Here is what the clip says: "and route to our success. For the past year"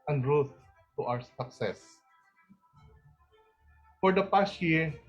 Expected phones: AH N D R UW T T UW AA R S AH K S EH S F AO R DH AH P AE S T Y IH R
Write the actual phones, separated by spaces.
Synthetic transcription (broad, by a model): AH N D R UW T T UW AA W S AH K S EH S F AO R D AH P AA S T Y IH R